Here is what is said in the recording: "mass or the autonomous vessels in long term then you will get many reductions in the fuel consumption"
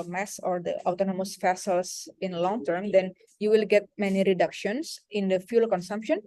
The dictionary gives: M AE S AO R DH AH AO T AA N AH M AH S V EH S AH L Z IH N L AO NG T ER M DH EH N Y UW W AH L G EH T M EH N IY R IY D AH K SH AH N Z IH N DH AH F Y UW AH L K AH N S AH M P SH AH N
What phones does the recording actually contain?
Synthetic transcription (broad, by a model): M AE S AO R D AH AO T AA N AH M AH S F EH S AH L S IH N L AO NG T ER M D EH N Y UW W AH L G EH T M EH N IY R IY D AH K SH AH N S IH N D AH F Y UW L K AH N S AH M P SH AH N